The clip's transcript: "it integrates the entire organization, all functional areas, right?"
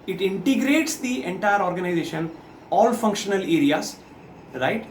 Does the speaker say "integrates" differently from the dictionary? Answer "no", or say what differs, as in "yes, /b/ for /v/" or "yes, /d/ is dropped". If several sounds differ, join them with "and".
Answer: no